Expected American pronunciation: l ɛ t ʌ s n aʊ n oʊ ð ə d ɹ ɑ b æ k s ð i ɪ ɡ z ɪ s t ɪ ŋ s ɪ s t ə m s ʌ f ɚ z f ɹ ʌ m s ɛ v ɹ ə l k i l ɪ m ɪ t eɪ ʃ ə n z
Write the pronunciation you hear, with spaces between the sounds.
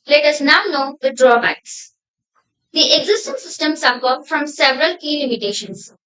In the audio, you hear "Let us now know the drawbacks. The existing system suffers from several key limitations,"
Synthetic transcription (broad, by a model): l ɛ t ʌ s n aʊ n oʊ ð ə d ɹ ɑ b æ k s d i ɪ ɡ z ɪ s t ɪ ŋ s ɪ s t ə m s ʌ p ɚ f ɹ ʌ m s ɛ v ɹ ə l k i l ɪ m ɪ t eɪ ʃ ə n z